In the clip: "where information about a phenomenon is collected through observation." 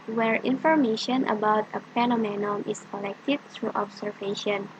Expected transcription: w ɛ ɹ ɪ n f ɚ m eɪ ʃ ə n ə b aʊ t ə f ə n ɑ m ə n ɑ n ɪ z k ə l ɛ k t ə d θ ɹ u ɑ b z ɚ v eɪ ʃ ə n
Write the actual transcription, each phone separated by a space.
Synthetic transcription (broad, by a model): w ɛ ɹ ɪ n f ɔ m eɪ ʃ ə n ə b aʊ t ə p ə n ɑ m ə n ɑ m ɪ s k ə l ɛ k t ə d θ ɹ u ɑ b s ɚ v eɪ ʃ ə n